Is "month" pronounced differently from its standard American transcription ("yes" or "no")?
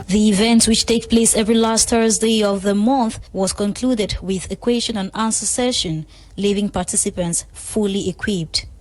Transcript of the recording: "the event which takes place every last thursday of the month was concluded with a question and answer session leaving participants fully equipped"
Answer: no